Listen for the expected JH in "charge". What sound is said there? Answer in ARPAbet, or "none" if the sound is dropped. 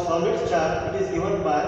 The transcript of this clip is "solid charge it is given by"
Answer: none